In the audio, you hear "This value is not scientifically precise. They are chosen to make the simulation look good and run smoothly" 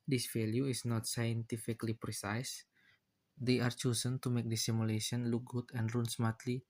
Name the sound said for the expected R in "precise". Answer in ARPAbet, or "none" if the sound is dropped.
R